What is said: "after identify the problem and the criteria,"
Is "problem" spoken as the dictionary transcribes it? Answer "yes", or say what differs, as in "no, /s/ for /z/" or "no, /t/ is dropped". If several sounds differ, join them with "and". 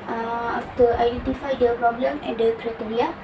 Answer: yes